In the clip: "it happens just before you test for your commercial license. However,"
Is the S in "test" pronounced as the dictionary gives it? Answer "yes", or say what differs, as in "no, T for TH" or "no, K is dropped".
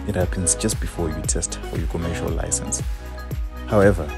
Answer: yes